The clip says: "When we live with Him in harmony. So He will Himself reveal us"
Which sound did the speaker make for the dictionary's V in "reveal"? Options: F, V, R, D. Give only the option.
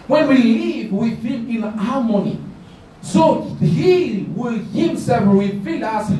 F